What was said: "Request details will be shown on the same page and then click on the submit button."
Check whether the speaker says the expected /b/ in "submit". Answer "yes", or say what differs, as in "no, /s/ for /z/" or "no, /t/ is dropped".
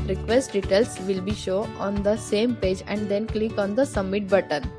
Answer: no, /b/ is dropped